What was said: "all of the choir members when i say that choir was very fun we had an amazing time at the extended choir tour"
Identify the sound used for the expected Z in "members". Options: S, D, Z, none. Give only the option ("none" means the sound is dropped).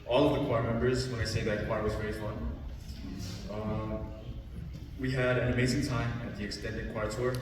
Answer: Z